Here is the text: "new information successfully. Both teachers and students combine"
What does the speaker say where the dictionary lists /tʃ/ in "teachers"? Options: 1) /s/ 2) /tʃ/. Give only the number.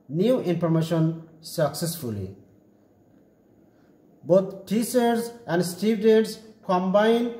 1